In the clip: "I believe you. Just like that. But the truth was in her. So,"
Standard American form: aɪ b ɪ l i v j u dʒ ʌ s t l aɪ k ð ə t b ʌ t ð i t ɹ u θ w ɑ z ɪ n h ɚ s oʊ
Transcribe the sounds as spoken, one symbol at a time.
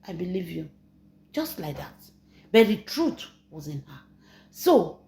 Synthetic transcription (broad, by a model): aɪ b ɪ l i v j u dʒ ʌ s t l aɪ k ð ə t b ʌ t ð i t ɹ u t w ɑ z ɪ n h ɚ s oʊ